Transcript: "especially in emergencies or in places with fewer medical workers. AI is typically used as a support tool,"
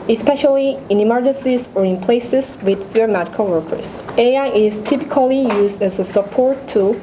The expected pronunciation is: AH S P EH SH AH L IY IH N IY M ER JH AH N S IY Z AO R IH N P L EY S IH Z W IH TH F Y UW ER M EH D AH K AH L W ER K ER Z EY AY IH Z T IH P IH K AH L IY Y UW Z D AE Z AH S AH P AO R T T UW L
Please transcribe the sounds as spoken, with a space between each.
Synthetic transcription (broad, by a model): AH S P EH SH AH L IY IH N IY M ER JH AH N S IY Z AO R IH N P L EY S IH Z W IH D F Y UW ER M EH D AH K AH L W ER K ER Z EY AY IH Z T IH P IH K AH L IY Y UW Z D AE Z AH S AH P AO R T T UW